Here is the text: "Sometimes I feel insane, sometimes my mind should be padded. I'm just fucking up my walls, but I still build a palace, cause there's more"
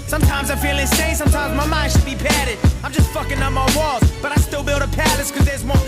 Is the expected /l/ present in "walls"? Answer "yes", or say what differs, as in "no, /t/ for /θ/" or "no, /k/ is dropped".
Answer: no, /l/ is dropped